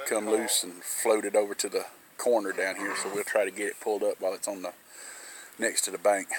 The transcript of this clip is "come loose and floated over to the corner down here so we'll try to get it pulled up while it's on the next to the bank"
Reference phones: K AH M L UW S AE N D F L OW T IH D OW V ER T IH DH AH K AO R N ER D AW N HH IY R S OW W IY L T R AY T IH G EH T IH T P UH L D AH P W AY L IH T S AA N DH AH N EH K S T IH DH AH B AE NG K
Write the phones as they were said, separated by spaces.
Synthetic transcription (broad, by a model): K AH M L UW S N F L OW T IH D OW V ER T IH DH AH K AO R N ER D AW N HH IY R S OW W IY L T R AY T IH G EH T IH T P UH L D AH P W AY L IH T S N DH AH N EH K S T IH DH AH B AE NG K